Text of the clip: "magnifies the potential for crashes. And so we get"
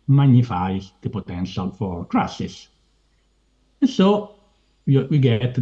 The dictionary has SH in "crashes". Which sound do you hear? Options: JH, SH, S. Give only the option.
S